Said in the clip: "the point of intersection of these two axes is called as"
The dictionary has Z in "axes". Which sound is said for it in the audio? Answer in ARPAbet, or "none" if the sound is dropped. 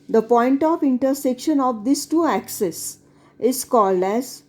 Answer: S